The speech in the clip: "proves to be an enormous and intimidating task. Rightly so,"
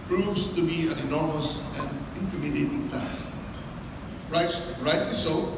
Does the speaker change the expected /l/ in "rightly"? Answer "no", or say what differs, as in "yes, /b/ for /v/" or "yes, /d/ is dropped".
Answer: yes, /l/ is dropped